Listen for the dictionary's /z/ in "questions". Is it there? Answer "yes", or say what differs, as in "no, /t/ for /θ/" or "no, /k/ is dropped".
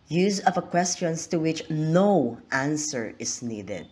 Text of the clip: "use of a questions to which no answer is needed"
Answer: no, /s/ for /z/